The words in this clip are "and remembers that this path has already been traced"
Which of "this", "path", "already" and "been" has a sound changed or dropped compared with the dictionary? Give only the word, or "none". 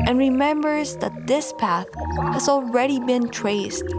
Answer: none